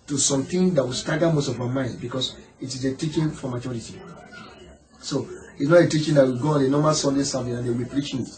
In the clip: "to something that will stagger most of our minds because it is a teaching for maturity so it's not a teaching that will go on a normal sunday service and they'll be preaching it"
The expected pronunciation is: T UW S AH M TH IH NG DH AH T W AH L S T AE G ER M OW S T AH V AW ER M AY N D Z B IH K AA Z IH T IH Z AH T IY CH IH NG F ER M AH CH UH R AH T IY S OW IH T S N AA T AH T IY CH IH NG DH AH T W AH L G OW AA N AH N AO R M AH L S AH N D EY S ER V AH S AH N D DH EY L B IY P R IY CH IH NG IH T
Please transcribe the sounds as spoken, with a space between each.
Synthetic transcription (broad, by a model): T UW S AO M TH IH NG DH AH T W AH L S T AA G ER M OW S T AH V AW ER M AY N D B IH K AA S IH T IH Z AH T IY CH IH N F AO M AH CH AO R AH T IY S OW IH T S N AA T AH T IY CH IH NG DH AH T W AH G OW AA N AH N AO M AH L S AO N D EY S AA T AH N AH N D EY W B IY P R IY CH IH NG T